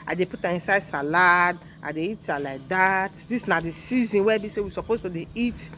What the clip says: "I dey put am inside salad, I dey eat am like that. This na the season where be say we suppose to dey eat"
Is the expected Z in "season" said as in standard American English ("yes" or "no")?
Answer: yes